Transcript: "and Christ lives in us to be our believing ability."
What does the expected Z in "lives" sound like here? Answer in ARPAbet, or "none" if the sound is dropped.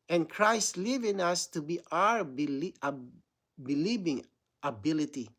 none